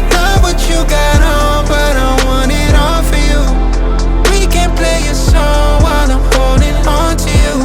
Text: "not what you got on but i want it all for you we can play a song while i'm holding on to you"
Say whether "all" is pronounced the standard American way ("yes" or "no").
no